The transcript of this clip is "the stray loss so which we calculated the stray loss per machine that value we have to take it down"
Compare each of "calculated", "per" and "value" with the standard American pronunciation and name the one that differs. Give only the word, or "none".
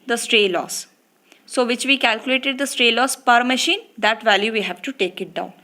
none